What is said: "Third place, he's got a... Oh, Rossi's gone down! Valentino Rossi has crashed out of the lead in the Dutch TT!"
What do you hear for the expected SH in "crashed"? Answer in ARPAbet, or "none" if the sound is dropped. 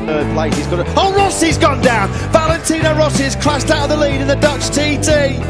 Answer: S